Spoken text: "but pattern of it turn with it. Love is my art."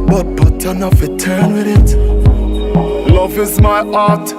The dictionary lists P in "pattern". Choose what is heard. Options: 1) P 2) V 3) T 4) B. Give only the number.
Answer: 4